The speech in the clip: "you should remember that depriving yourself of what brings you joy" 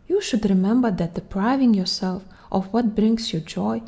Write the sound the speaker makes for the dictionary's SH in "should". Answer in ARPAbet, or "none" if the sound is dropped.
SH